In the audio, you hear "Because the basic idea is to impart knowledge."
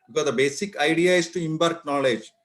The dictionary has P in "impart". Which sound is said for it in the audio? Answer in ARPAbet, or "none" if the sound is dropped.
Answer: B